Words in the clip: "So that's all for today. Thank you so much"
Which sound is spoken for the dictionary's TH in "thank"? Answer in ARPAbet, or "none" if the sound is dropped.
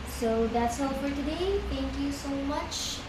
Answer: T